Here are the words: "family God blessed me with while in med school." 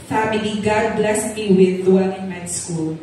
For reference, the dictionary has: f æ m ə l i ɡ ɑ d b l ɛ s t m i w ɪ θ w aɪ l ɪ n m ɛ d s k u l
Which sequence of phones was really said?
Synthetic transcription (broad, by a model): f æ m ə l i ɡ ɑ d b l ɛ s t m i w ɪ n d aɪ n ɪ n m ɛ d s k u l